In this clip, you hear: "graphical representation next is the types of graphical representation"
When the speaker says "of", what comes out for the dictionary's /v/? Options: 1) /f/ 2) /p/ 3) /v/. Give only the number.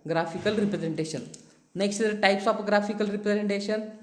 2